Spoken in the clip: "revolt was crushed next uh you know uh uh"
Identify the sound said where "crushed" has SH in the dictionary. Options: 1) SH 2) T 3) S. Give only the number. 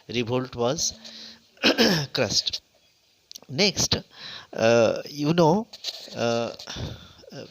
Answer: 3